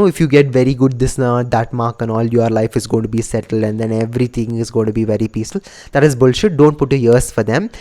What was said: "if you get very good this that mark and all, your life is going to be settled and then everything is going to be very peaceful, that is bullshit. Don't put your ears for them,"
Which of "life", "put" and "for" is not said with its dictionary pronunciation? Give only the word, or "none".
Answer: none